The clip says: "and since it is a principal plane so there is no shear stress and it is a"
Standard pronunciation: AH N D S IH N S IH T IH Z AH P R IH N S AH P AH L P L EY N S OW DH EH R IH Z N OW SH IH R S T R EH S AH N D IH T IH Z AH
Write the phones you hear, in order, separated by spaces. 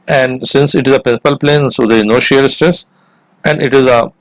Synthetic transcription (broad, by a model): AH N D S IH N S IH T IH Z AH P R IH N S AH P AH L P L EY N S OW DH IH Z N OW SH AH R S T EH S AH N D IH T IH Z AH